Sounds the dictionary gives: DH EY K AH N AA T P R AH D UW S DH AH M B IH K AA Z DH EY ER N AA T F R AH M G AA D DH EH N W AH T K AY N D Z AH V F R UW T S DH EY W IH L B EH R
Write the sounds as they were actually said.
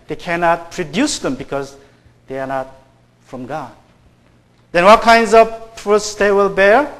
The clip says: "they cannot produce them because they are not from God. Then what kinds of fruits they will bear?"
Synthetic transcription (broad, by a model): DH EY K AH N AA T P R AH D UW S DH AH M B IH K AA Z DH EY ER N AA T F R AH M G AA D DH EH N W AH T K AY N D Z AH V P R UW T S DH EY W IH L B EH R